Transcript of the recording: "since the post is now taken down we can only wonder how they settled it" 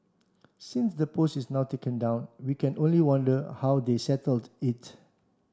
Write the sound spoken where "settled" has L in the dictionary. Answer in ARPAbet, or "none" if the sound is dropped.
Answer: L